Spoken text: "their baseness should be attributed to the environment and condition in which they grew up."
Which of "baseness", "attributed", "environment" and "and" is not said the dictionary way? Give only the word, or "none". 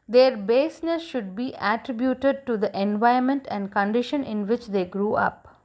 environment